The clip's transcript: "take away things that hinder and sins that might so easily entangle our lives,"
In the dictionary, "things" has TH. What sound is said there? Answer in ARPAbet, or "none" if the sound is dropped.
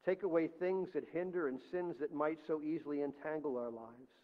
TH